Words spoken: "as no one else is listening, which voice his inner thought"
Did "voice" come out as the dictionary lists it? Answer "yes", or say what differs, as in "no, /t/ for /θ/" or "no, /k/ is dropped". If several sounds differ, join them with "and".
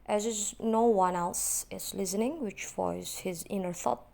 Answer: no, /f/ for /v/